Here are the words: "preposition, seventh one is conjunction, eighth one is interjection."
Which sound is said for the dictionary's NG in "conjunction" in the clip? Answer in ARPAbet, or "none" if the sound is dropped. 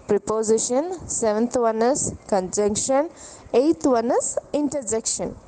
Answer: NG